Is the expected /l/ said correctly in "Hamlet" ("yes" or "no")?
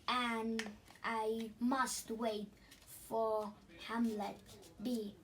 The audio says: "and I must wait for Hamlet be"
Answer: yes